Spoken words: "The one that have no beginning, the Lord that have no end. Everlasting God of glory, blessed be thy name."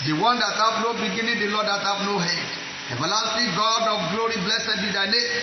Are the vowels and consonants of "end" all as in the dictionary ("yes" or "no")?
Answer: no